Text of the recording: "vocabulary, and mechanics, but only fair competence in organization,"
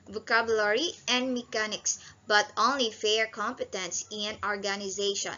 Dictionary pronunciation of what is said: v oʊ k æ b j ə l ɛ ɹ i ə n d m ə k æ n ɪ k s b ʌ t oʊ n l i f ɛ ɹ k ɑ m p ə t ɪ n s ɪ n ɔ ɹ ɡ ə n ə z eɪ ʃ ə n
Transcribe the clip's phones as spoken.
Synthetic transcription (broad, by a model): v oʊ k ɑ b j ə l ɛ ɹ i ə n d m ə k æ n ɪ k s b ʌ t oʊ n l i f ɛ ɹ k ɑ m p ə t ɪ n s ɪ n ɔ ɹ ɡ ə n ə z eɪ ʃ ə n